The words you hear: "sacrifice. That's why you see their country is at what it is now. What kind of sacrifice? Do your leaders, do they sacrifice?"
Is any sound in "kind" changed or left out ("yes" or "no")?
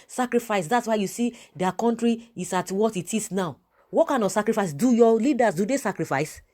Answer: yes